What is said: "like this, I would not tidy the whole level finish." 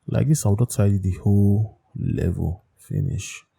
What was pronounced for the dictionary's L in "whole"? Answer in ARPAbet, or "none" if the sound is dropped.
L